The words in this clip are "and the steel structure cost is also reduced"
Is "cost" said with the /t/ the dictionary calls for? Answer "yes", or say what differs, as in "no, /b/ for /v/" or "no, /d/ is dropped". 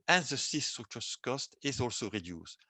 yes